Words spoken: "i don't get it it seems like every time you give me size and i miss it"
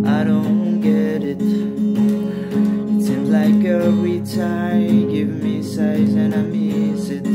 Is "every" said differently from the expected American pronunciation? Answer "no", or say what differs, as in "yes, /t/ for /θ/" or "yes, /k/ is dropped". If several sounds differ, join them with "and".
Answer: yes, /v/ is dropped